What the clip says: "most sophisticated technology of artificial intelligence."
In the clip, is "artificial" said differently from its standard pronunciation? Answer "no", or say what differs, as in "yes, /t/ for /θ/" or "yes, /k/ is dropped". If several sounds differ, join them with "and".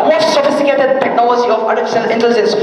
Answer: yes, /n/ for /l/